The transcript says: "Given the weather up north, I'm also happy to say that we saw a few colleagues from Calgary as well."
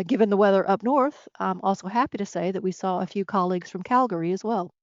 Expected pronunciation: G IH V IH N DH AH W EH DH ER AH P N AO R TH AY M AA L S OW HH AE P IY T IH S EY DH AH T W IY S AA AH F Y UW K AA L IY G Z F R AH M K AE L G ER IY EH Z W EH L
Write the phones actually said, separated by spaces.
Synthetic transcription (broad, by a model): G IH V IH N DH AH W EH DH ER AH P N AO R TH AY M AA L S OW HH AE P IY T IH S EY DH AH T W IY S AA AH F Y UW K AA L IY G Z F R AH M K AE L G ER IY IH Z W EH L